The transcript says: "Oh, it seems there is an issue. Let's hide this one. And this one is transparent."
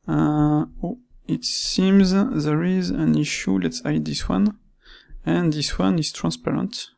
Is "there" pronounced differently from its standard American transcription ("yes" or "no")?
no